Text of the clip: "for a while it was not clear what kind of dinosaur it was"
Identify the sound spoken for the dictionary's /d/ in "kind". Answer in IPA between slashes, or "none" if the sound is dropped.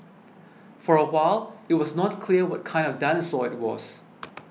/d/